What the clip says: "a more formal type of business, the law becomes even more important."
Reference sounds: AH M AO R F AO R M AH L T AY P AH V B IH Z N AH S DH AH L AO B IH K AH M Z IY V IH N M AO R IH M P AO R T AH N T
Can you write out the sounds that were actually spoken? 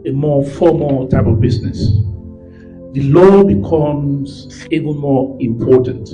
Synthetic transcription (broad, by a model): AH M AO F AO M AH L T AY P AH V B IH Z N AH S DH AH L AO B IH K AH M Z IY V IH L M AO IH M P AO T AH N T